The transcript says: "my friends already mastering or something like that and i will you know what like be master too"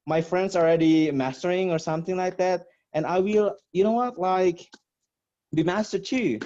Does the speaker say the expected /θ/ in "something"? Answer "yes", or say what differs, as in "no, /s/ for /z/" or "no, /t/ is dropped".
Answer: yes